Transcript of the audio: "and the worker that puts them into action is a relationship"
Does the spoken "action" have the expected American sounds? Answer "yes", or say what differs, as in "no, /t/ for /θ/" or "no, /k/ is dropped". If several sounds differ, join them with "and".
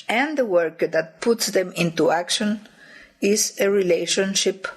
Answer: yes